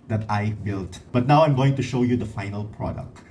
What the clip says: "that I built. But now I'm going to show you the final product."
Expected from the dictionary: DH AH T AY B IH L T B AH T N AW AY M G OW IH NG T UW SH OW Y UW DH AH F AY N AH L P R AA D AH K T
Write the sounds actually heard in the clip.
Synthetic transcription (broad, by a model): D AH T AY B IH L T B AH T N AW AY M G OW IH NG T UW SH OW Y UW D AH F AY N AH L P R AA D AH K T